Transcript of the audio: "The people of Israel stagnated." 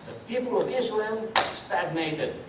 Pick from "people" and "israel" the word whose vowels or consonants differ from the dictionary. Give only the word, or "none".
israel